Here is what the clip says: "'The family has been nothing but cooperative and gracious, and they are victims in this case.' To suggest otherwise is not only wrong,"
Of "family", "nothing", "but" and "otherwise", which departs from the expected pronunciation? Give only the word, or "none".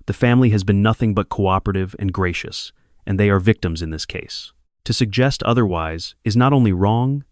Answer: none